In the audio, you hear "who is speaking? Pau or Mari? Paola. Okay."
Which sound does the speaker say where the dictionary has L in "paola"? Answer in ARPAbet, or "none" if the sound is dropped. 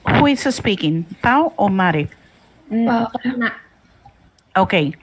none